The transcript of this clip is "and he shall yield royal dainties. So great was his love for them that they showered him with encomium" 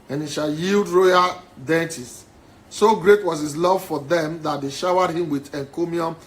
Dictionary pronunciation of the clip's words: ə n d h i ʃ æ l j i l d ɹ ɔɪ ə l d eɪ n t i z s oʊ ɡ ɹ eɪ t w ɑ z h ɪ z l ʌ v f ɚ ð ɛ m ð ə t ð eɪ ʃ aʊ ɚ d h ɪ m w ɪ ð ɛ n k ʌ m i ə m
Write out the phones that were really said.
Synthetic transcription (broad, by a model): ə n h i ʃ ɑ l j i l d ɹ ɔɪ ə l d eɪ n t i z s oʊ ɡ ɹ eɪ t w ɑ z h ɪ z l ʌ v f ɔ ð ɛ m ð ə t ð eɪ ʃ aʊ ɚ d h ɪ m w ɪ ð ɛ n k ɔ m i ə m